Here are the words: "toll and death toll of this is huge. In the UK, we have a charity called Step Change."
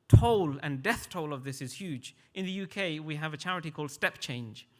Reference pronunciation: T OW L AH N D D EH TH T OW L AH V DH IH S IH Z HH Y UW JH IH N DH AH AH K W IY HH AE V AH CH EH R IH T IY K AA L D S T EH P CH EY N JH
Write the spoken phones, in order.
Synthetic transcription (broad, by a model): T OW L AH N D D EH TH T OW L AH V DH IH S IH Z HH Y UW JH IH N DH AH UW K W IY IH V AH CH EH R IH T IY K AA L D S T EH P CH EY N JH